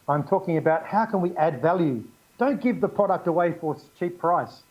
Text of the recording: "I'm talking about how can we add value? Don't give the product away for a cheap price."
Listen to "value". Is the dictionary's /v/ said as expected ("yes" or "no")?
yes